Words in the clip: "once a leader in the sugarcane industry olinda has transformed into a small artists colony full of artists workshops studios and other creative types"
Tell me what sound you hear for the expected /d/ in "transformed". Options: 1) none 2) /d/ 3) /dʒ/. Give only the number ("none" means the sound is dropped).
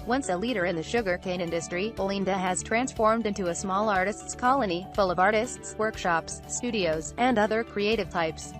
2